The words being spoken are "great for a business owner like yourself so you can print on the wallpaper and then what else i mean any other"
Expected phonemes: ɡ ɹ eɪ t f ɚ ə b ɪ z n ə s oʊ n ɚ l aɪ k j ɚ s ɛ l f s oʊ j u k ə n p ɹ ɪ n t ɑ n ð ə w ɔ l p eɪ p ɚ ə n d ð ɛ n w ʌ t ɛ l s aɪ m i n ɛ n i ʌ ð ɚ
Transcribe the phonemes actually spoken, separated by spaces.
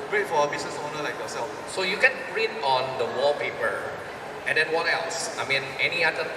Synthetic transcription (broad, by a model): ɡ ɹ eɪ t f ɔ ə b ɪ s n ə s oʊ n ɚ l aɪ k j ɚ s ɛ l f s oʊ j u k ə n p ɹ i t ɑ n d ə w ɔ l p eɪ p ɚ ə n d ɛ n w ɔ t ɛ l s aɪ m i n ɛ n i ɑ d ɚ